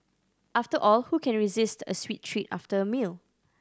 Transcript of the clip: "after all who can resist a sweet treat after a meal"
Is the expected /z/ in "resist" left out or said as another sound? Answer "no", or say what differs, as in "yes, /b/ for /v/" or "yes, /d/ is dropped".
no